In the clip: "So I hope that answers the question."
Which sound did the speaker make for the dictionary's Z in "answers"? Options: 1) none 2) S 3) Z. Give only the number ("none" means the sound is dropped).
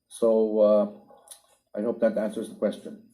3